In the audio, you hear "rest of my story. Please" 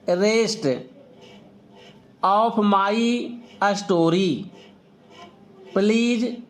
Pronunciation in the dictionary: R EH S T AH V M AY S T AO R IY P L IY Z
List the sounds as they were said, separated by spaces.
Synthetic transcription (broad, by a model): R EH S T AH P M AY S T AO R IY P L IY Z